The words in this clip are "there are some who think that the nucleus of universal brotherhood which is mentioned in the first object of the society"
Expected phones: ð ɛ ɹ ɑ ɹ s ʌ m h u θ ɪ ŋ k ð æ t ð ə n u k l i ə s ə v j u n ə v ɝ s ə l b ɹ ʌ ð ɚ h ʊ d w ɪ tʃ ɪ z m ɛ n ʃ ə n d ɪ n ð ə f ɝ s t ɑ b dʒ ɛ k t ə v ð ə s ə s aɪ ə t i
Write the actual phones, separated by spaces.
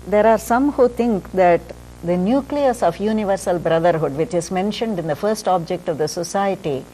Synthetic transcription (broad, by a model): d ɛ ɹ ɑ ɹ s ʌ m h u t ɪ ŋ k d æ t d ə n u k l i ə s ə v j u n ə v ɝ s ə l b ɹ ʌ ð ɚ h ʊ d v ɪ tʃ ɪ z m ɛ n ʃ ə n d ɪ n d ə f ɝ s t ɑ b dʒ ɛ k t ə v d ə s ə s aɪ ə t i